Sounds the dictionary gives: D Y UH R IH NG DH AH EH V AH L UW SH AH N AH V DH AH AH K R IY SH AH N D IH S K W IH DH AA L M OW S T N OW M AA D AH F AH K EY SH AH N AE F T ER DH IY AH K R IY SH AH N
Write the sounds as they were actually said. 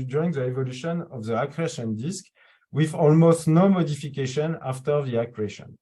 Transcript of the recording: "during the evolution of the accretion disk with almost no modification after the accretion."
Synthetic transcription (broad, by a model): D Y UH R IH NG DH AH EH V AH L UW SH AH N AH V DH AH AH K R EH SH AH N D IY S K W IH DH AA L M OW S T N OW M AA D AH F AH K EY SH AH N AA F T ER DH IY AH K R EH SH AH N